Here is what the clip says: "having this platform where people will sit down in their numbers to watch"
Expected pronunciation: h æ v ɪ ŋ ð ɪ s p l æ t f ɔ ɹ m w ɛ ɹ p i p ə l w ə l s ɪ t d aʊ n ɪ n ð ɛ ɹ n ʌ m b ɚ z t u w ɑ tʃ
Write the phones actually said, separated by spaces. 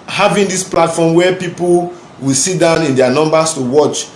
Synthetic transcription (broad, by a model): h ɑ v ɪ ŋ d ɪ s p l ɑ t f ɔ m w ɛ p i p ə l w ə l s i t d aʊ n ɪ n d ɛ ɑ n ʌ m b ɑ s t u w ɑ tʃ